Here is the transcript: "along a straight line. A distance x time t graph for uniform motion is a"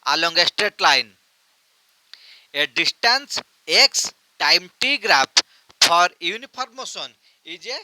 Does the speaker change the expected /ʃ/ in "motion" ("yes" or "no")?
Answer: yes